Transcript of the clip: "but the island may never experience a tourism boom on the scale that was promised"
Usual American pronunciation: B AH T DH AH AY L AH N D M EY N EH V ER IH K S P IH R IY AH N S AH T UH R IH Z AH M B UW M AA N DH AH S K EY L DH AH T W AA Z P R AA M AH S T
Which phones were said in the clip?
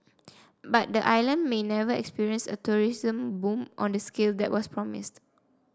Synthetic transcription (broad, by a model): B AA T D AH AY L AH N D M EY N EH V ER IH K S P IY R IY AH N S AH T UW R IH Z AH M B UW M AA N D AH S K EY L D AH T W AA S P R AA M AH S T